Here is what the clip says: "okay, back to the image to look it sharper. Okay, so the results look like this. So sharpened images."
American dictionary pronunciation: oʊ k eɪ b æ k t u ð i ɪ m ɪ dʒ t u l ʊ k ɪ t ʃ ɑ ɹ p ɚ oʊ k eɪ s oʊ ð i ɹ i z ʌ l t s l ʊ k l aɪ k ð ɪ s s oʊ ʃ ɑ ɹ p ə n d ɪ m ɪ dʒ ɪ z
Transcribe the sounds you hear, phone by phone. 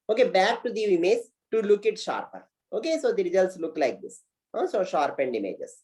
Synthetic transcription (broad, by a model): oʊ k eɪ b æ k t u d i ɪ m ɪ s t u l ʊ k ɪ t ʃ ɑ ɹ p ɚ oʊ k eɪ s oʊ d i ɹ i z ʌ l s l ʊ k l aɪ k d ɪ s s oʊ ʃ ɑ ɹ p ə n d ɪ m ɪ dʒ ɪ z